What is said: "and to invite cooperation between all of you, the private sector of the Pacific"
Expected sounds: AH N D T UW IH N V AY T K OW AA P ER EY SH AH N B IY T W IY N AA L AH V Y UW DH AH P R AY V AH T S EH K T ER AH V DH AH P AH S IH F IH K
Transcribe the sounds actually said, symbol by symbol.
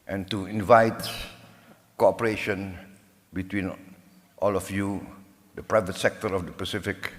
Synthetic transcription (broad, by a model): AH N T UW IH N V AY T K OW AA P ER EY SH AH N B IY T W IY N AA L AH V Y UW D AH P R AY V AH T S EH K T ER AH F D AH P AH S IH F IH K